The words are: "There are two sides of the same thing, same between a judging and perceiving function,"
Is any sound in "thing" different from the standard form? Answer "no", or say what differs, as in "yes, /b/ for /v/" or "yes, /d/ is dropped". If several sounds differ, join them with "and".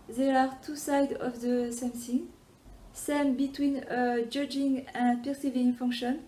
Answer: yes, /s/ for /θ/